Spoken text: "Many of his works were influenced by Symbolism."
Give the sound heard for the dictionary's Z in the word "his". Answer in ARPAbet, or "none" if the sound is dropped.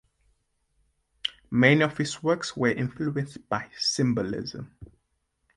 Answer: S